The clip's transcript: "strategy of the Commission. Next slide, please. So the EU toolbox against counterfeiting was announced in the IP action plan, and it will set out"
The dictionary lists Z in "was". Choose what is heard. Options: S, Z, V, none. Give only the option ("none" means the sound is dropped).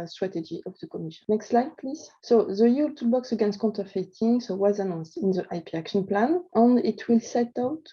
Z